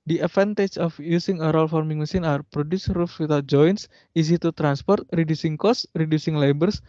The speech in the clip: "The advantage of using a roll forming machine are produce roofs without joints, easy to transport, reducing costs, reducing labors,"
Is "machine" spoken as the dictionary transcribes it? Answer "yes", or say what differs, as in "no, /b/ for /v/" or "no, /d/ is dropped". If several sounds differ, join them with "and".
no, /s/ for /ʃ/